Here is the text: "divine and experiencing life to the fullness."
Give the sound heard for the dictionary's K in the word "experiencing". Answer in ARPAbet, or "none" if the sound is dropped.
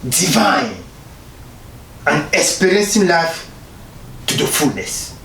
none